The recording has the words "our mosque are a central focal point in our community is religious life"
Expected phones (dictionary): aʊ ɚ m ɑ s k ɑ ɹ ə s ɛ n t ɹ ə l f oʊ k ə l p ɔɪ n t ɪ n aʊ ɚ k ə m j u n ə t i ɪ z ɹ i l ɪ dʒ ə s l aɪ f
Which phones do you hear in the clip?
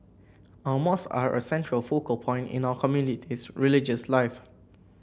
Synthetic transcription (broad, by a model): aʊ m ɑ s ɑ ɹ ə s ɛ n t ɹ ə l f oʊ k ə l p ɔɪ n t ɪ n aʊ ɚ k ə m j u n ə t i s ɹ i l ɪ dʒ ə s l aɪ f